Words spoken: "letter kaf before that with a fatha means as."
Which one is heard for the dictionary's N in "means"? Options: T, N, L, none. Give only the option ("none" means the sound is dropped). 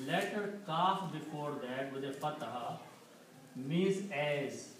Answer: none